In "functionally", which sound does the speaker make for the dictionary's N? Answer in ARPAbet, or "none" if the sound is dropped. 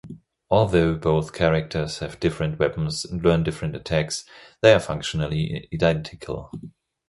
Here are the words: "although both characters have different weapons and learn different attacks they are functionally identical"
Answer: N